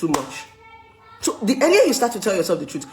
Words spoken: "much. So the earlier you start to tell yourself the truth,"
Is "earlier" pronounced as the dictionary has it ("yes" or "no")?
no